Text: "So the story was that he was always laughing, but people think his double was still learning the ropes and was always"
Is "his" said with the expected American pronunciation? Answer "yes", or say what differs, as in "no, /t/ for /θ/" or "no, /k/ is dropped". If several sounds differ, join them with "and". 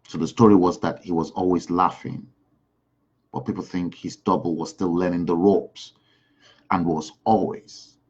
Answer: yes